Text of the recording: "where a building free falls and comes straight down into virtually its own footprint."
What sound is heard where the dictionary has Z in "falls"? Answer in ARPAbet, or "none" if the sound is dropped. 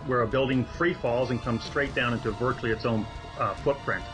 Z